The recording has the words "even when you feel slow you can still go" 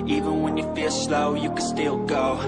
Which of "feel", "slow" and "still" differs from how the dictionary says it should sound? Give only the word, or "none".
none